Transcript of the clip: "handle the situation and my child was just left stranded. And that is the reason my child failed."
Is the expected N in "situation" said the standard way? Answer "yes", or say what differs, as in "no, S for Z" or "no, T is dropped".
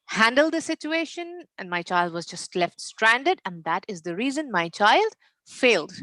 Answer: yes